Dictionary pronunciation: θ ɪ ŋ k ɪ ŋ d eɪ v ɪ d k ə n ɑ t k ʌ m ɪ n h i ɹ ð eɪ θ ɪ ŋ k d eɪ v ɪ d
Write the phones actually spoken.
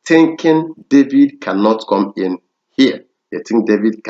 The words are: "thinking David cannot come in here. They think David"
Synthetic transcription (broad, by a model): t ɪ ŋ k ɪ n d eɪ v ɪ d k ə n ɑ t k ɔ m ɪ n h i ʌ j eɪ t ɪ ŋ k d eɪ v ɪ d